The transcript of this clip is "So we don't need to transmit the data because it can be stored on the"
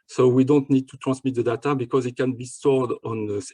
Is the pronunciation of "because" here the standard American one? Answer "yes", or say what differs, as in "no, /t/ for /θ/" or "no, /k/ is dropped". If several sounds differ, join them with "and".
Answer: yes